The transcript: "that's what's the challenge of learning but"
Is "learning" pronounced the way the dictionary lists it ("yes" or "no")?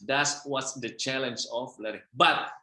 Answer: no